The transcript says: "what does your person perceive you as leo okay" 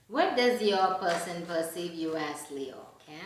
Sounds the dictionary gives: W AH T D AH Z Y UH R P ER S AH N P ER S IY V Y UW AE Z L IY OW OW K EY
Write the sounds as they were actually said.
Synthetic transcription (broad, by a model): W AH T D AH Z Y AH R P ER S AH N P ER S IY V Y UW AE S L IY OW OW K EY